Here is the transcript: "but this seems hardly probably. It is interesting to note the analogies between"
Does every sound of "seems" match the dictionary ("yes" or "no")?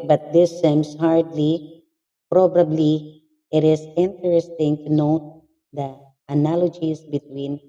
no